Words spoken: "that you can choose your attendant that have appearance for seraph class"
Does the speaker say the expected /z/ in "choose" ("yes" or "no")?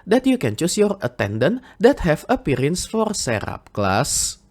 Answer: no